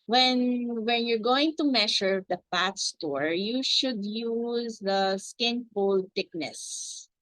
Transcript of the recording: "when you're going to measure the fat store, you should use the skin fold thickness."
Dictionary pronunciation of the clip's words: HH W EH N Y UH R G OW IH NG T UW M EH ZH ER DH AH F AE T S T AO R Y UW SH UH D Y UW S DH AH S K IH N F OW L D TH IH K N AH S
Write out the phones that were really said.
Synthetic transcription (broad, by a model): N W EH N Y UH R G OW IH NG T UW M EH SH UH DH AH P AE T S T AO R Y UW SH UH D Y UW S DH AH S K IH N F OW L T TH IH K N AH S